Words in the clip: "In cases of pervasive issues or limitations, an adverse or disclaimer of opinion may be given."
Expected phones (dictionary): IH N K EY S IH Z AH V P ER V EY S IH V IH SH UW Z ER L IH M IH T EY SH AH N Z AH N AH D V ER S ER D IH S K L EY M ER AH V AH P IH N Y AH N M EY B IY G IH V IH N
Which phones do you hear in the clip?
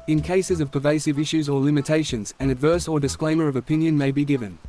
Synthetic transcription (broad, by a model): IH N K EY S IH Z AH V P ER V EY S IH V IH SH UW Z ER L IH M IH T EY SH AH N Z AH N AH D V ER S ER D IH S K L EY M ER AH V AH P IH N Y AH N M EY B IY G IH V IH N